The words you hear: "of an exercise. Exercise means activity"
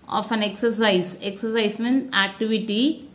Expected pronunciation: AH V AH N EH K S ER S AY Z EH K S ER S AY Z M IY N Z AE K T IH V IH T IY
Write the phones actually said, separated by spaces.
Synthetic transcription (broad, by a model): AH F AH N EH K S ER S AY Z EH K S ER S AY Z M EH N AE K T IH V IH T IY